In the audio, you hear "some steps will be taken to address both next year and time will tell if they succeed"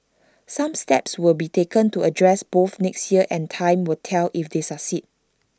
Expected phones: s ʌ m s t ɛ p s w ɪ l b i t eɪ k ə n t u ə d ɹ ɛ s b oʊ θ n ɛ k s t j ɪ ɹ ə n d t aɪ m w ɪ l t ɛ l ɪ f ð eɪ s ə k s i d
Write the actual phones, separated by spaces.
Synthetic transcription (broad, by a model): s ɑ m s t ɛ p s w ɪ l b i t eɪ k ə n t u ə d ɹ ɛ s b oʊ θ n ɛ k s t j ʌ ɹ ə n t aɪ m w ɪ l t ɛ l ɪ f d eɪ s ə s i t